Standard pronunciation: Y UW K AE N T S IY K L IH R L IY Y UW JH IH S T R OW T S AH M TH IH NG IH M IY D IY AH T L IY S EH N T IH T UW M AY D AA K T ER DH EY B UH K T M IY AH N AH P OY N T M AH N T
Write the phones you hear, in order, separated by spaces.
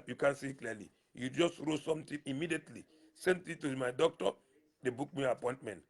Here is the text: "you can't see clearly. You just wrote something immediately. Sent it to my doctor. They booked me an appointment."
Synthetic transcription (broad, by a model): Y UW K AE N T S IY K L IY L IY Y UW JH IH S T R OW S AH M T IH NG IH M IY D IY AH T L IY S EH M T IH T UW M AY D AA K T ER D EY B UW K M IY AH P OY N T M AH N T